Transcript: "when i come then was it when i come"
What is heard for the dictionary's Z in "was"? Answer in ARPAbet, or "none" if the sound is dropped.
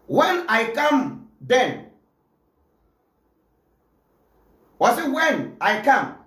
S